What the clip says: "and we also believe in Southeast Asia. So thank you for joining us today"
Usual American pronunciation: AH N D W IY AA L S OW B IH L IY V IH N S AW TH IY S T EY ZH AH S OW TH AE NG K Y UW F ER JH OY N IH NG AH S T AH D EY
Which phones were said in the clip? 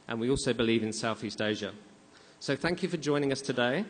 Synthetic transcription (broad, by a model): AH N W IY AA L S OW B IH L IY V IH N S AW TH IY S T EY ZH AH S OW TH AE NG K Y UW F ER JH OY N IH NG AH S T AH D EY